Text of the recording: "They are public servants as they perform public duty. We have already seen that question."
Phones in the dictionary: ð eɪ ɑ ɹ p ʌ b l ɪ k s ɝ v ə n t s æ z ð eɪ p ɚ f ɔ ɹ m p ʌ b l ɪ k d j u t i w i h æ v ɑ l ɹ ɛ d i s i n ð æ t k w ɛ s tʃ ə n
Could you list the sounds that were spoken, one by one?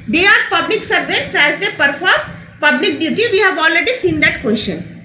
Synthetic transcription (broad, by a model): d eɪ ɑ ɹ p ʌ b l ɪ k s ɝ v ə t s æ z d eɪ p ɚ f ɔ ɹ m p ʌ b l ɪ k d j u t i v i h æ v ɑ l ɹ ɛ d i s i n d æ t k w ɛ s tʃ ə n